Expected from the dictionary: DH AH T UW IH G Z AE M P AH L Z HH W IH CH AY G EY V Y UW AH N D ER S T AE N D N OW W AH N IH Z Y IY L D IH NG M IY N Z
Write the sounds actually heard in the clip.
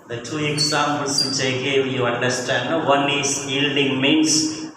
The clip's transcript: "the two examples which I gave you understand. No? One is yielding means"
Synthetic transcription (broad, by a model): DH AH T UW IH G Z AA M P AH L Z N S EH IH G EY W Y UW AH N D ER S T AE N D N OW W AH N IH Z Y IY L D IH NG M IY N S